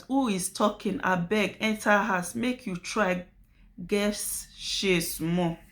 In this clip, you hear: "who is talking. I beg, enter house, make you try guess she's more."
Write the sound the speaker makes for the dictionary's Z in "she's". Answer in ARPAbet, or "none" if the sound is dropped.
S